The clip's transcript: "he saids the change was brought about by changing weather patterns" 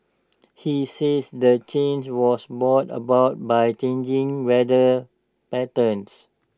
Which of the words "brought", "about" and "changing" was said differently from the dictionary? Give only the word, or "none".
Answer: brought